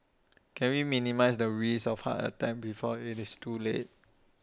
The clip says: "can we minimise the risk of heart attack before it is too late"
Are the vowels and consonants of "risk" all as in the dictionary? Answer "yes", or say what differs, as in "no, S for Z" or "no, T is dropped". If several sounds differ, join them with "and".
no, K is dropped